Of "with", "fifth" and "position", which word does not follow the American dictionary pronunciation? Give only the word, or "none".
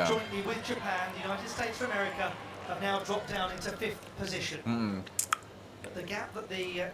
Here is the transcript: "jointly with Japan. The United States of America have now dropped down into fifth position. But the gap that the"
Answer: none